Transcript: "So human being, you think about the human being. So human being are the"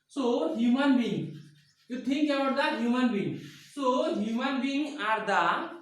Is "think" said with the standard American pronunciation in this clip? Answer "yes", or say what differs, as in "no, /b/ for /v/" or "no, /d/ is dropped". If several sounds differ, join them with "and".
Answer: no, /t/ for /θ/